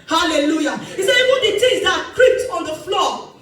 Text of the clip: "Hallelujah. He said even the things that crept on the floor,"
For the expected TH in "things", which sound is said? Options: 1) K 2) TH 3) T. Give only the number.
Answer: 3